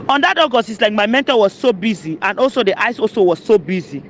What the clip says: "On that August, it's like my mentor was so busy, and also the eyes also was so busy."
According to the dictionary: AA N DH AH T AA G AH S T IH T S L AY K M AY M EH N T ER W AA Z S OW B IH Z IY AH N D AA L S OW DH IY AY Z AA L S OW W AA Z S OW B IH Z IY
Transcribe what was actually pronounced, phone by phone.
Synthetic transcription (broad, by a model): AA N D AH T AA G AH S IH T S L AY K M AY M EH N T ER W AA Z S OW B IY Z IY AH N D AA L S OW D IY AY S AA L S OW W AA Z S OW B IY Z IY